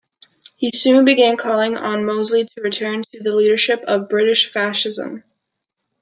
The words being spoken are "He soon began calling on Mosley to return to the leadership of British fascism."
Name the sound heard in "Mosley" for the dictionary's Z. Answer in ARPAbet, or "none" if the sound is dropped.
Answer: Z